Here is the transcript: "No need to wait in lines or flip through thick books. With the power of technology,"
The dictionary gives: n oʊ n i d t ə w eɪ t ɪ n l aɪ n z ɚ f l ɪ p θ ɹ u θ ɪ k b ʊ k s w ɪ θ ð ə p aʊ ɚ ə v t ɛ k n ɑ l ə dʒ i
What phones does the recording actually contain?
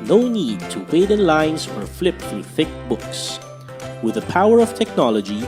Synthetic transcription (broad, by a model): n oʊ n i d t ə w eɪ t ɪ n l aɪ n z ɚ f l ɪ p θ ɹ u θ ɪ k b ʊ k s w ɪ ð ə p aʊ ɚ ə v t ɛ k n ɑ l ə dʒ i